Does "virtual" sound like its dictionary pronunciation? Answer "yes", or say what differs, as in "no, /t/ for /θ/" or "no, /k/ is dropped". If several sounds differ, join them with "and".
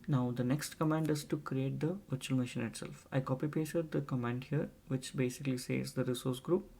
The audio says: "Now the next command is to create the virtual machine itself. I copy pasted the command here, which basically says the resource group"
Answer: yes